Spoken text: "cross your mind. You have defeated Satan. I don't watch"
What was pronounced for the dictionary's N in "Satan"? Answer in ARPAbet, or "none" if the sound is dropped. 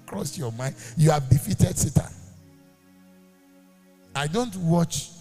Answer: none